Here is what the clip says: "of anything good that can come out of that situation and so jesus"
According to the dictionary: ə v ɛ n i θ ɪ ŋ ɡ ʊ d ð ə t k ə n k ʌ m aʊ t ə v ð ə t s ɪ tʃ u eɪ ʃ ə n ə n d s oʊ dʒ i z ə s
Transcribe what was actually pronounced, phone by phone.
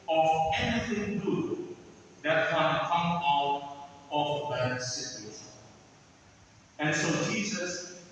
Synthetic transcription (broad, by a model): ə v ɛ n i θ ɪ ŋ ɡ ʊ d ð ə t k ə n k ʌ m aʊ t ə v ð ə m s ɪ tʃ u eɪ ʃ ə ə n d s oʊ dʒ i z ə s